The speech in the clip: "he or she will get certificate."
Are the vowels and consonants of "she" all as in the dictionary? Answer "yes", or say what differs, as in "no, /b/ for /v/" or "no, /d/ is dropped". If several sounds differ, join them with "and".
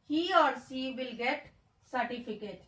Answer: no, /s/ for /ʃ/